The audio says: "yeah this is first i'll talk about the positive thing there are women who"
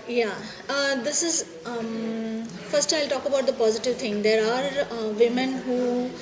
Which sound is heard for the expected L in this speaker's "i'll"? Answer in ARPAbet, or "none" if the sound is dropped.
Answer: L